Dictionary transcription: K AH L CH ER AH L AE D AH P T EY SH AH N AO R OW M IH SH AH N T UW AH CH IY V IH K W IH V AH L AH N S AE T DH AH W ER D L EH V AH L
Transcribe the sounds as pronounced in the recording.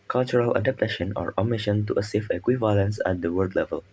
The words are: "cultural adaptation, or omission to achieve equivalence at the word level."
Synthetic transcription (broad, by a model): K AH L CH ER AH L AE D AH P T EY SH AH N AO R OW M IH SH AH N T UW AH S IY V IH K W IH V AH L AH N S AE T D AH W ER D L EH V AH L